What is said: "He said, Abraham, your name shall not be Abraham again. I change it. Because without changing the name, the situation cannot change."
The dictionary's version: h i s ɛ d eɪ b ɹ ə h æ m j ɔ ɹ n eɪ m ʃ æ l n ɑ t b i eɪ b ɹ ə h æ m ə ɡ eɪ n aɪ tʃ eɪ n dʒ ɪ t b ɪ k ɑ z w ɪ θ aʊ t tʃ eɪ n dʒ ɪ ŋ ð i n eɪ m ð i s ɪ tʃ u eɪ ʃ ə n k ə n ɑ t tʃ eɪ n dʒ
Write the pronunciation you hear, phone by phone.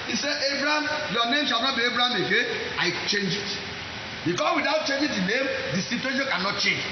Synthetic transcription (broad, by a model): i s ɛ eɪ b ɹ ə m j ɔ n eɪ m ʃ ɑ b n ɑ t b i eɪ b ɹ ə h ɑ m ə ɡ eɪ aɪ tʃ eɪ n dʒ ɪ t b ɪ k ɑ s w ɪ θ aʊ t tʃ eɪ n dʒ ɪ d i n eɪ m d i s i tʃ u eɪ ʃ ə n k ə n ɑ t tʃ eɪ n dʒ